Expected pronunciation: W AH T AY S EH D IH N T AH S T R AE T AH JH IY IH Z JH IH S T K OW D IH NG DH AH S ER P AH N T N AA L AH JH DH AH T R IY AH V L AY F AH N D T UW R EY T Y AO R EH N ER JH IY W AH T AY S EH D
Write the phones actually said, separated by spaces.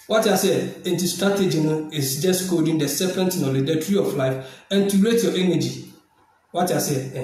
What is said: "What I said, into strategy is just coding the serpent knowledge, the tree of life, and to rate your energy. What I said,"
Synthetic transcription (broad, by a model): W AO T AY S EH IH N T AH S T R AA T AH JH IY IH S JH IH S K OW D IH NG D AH S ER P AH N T N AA L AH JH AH T R IY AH F L AY F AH N T UW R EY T Y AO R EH N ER JH IY W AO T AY S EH